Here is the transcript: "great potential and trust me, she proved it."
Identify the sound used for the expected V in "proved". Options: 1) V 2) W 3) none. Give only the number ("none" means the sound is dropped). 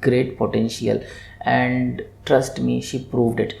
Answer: 1